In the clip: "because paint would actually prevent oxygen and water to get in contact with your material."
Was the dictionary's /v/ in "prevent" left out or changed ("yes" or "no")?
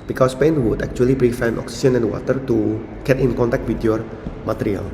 yes